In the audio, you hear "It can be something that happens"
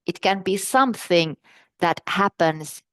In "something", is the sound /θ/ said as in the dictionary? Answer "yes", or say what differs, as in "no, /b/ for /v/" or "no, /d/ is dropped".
yes